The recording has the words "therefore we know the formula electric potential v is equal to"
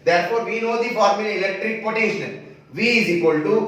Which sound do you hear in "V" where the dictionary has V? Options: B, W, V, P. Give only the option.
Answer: V